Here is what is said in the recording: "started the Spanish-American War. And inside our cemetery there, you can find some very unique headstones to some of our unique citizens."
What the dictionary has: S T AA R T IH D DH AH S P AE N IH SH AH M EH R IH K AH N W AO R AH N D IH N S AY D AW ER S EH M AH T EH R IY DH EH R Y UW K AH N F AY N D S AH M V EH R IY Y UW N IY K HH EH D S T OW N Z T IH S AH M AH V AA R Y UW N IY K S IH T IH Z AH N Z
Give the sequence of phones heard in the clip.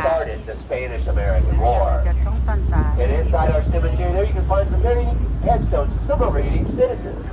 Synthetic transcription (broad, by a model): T AA R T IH D DH AH S P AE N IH SH AH M EH R IH K AH N W AO R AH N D IH N S AY D AW ER S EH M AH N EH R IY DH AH R Y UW K AH N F AY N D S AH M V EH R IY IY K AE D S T OW N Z S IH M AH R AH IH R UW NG S IH T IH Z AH N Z